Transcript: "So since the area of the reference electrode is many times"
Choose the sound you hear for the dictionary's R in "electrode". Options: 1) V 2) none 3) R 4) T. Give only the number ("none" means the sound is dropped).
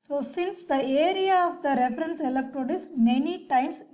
2